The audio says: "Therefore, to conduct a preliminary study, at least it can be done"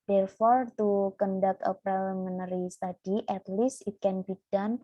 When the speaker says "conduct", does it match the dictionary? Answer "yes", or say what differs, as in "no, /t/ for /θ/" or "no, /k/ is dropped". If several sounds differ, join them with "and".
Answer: no, /t/ is dropped